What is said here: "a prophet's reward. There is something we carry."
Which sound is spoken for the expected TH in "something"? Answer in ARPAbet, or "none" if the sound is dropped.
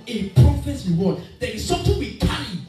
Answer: T